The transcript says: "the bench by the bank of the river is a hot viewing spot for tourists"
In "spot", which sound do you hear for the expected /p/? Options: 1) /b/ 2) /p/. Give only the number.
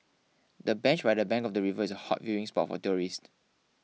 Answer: 2